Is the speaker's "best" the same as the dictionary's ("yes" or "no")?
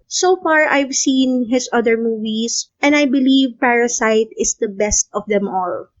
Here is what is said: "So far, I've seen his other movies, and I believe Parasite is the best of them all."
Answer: yes